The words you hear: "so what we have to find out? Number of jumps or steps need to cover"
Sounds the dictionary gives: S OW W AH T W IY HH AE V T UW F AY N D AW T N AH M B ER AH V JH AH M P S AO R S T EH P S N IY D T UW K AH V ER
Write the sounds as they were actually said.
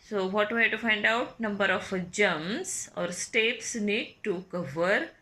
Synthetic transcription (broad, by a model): S OW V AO T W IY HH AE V T UW F AY N D AW T N AH M B ER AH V JH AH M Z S AO R S T EH P S N IY D T UW K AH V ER